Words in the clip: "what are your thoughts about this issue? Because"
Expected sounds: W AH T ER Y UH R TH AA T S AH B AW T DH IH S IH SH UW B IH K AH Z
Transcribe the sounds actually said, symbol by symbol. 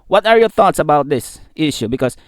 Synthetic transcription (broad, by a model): W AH T ER Y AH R TH AA T S AH B AW T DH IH S IH SH UW B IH K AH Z